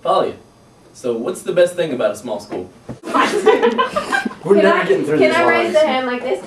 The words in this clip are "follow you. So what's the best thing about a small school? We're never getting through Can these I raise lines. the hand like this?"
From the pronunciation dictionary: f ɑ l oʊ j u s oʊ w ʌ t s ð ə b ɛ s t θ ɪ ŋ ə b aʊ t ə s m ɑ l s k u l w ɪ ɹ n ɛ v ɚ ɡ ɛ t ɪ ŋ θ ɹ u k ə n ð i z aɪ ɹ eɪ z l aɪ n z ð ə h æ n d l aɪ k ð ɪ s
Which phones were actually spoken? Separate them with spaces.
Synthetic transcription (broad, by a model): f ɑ l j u s oʊ w ʌ t s ð ə b ɛ s t θ ɪ ŋ ə b aʊ t ə s m ɑ l s k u l w ɪ ɹ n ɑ ɪ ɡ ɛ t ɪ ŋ θ ɹ u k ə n aɪ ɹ eɪ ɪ z ð ə h æ n d l aɪ k ð ɪ s